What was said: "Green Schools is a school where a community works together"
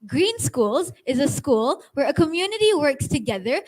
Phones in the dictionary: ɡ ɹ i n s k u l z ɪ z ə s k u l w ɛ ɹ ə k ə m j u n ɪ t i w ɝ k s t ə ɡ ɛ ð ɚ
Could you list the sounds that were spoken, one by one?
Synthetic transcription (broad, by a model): ɡ ɹ i n s k u l z ɪ z ə s k u l w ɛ ɹ ə k ə m j u n ɪ t i w ɝ k s t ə ɡ ɛ ð ɚ